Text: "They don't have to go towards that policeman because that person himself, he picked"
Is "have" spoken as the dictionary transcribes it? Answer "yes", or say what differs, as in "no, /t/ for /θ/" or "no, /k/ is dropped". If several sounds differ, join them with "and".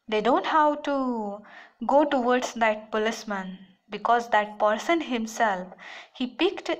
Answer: no, /w/ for /v/